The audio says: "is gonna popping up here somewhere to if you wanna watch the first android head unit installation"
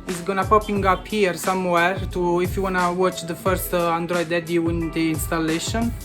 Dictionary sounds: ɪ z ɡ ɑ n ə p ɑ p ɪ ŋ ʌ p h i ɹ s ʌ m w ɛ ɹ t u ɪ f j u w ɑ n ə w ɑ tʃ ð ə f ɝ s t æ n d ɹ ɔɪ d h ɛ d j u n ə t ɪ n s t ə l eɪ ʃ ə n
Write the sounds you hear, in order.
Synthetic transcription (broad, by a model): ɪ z ɡ ɑ n ə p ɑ p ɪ ŋ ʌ p h i ɹ s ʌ m w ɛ ɹ t u ɪ f j u w ɑ n ə w ɑ tʃ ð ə f ɝ s t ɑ n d ɹ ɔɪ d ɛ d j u n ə ɪ n s t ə l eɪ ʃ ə n